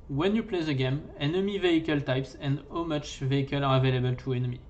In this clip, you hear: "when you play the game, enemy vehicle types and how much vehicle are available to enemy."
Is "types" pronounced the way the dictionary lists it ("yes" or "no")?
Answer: yes